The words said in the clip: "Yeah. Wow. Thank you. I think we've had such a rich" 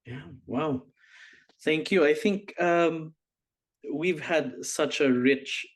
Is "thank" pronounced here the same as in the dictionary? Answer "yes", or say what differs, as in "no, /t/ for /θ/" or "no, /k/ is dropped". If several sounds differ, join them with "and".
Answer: yes